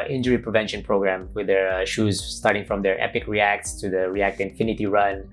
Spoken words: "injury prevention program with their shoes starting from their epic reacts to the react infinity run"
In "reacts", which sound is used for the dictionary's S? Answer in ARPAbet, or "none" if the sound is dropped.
S